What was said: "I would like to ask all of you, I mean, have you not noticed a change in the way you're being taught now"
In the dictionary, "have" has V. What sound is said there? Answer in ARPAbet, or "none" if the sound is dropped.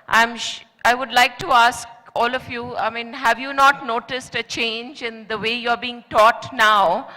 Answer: V